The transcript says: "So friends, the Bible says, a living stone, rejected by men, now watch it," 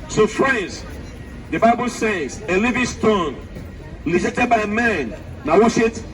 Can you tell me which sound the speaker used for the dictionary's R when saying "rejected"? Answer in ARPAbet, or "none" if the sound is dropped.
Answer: L